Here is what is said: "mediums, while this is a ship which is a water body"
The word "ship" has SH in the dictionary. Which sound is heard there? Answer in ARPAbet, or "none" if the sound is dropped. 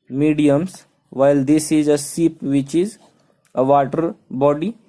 S